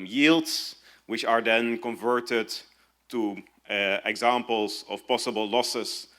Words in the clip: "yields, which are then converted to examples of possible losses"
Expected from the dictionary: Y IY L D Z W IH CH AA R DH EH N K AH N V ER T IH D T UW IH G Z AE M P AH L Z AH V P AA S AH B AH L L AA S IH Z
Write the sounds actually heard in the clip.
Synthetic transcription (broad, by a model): Y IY L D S W IH CH AA R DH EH N K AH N V ER T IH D T UW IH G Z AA M P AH L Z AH F P AA S AH B AH L L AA S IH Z